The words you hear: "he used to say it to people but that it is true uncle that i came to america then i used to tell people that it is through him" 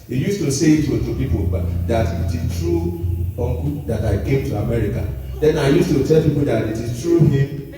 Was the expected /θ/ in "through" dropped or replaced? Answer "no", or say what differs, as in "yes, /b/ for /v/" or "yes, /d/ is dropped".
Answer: yes, /t/ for /θ/